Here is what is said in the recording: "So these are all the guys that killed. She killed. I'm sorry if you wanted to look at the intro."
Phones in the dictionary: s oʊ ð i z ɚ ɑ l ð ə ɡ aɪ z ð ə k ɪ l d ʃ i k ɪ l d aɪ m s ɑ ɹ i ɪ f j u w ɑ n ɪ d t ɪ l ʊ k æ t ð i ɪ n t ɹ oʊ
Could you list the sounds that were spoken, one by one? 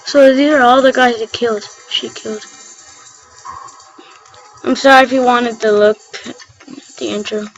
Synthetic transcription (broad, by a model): s oʊ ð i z ɚ ɑ l ð ə ɡ aɪ z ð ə k ɪ l d ʃ i k ɪ l d aɪ m s ɑ ɹ i ɪ f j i w ɑ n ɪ d t ɪ l ʊ k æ t ð i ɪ n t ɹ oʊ